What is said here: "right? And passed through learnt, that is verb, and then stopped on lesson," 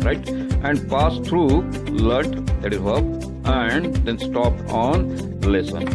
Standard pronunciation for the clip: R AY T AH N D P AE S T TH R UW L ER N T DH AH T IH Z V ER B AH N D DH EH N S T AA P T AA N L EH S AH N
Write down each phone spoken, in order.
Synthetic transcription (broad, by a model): R AY T AH N D P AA S T R UW L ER T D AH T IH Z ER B AH N D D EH N S T AA P T AA N L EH S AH N